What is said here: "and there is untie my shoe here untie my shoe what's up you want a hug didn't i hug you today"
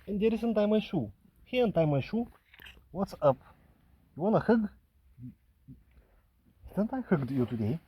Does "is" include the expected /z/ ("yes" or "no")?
no